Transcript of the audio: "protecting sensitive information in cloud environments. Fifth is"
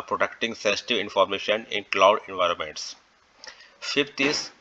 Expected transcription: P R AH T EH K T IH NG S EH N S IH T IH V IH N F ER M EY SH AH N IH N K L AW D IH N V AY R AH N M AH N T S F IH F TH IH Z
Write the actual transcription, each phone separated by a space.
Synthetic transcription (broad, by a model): P R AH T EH K T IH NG S EH N S IH T IH V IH N F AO M EY SH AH N IH N K L AW D IH N V AY R AH N M AH N T S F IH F T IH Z